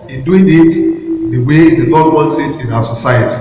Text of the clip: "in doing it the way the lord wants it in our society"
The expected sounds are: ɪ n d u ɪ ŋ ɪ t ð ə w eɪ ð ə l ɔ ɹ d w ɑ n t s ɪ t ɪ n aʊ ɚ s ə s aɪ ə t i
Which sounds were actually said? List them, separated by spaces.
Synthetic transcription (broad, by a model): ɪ n d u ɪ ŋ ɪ t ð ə w eɪ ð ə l ɔ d w ɑ n t s ɪ t ɪ n aʊ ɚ s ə s aɪ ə t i